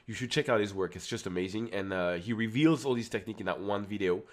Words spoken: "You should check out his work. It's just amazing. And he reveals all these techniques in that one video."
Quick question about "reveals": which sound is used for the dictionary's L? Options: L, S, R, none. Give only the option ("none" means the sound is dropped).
L